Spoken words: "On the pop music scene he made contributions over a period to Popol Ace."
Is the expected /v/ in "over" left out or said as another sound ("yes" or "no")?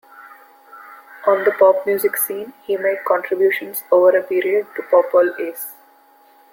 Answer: no